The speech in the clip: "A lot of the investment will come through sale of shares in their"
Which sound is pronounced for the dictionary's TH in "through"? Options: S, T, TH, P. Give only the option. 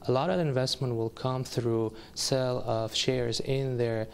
TH